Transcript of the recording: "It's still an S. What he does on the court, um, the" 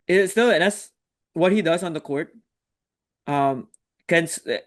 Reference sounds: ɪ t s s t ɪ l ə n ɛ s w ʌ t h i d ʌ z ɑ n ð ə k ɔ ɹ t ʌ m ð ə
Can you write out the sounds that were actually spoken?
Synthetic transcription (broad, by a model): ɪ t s s t ɪ l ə n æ s w ʌ t h i d ʌ z n ð ə k ɔ ɹ t ʌ m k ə